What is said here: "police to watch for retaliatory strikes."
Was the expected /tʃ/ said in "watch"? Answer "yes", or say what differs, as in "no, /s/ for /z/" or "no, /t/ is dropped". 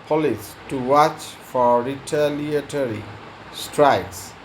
yes